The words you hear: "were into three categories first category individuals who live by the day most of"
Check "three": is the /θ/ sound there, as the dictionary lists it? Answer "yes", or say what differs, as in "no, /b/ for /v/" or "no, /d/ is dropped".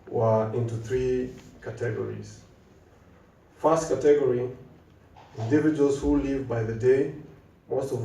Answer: yes